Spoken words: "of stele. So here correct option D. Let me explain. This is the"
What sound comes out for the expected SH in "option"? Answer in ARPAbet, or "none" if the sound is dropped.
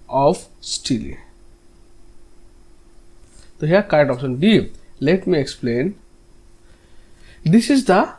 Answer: S